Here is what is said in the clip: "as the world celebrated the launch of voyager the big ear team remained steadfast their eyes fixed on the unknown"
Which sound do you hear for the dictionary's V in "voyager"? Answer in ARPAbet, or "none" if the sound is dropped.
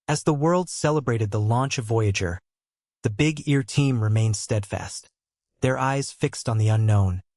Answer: V